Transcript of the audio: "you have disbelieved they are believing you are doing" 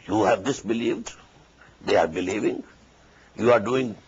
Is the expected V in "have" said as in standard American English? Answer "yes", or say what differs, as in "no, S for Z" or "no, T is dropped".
yes